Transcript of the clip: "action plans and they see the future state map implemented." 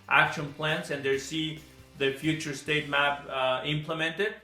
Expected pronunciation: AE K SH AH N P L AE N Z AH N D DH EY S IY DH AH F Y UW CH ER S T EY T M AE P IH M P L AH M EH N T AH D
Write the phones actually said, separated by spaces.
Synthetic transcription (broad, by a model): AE K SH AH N P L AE N S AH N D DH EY S IY DH AH F Y UW CH ER S T EY T M AE P IH M P L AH M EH N T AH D